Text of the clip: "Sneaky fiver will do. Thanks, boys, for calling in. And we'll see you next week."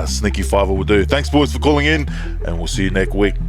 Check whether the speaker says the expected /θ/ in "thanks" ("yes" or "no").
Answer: yes